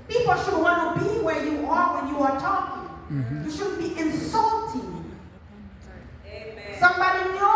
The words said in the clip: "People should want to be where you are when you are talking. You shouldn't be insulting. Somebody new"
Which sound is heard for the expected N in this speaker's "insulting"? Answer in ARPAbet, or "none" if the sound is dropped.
N